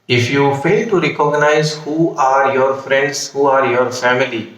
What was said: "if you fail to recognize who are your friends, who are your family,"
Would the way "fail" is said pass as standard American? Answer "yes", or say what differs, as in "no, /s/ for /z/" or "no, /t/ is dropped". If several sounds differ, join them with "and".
yes